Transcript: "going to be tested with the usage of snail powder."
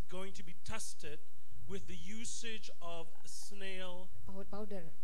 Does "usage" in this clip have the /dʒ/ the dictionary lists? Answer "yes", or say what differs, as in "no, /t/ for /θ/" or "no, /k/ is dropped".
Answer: yes